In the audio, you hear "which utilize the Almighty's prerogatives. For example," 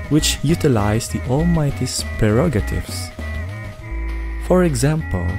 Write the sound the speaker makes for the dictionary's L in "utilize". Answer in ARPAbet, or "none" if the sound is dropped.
L